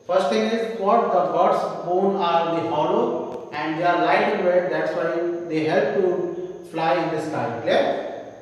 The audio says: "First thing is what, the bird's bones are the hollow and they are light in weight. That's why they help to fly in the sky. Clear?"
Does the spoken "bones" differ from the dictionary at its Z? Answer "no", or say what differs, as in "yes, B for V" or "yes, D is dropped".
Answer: yes, Z is dropped